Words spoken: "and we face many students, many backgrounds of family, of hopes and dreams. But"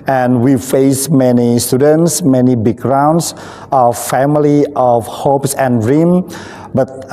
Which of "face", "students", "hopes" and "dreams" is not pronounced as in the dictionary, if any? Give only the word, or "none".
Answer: dreams